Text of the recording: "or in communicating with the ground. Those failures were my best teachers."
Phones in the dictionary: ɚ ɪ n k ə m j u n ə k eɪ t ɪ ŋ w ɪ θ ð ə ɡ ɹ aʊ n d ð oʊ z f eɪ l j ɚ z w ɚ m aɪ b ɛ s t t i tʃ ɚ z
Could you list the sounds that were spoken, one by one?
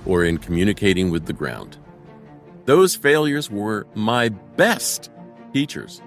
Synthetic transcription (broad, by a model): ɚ ɪ n k m j u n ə k eɪ t ɪ ŋ w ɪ ð ə ɡ ɹ aʊ n d ð oʊ z f eɪ l j ɚ z w ɚ m aɪ b ɛ s t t i tʃ ɚ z